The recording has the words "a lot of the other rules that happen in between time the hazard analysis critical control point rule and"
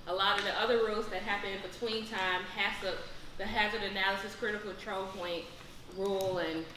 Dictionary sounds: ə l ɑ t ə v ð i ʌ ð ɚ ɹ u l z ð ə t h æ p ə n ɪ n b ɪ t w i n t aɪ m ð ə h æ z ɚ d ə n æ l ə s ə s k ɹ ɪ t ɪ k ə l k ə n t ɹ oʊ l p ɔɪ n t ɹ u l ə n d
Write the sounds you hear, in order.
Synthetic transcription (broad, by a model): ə l ɑ t ə v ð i ʌ ð ɚ ɹ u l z ð ə t h æ p ə n ɪ n b ɪ t w i n t aɪ m ð ə h æ z ɚ d ə n æ l ə s ə s k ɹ ɪ t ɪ k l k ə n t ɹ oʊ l p ɔɪ n t ɹ u l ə n